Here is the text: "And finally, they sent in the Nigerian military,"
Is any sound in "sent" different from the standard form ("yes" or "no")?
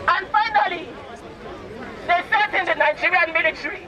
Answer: yes